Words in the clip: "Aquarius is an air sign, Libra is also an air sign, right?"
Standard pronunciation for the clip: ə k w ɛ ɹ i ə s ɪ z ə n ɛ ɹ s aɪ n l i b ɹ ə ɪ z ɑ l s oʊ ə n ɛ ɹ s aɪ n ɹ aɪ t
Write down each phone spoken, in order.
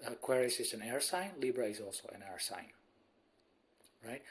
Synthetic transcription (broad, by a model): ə k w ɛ ɹ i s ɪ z ə n ɛ ɹ s aɪ n l i b ɹ ə ɪ z ɑ l s oʊ ə n ɛ ɹ s aɪ n ɹ aɪ t